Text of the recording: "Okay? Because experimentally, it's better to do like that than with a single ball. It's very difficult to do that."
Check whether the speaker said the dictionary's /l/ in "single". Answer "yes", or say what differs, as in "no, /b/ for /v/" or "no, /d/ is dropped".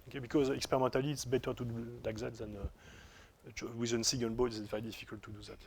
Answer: no, /n/ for /l/